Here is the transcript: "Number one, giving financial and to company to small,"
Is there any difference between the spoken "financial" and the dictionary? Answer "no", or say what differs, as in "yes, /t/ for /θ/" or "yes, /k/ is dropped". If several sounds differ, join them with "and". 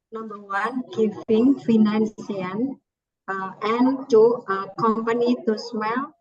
yes, /n/ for /l/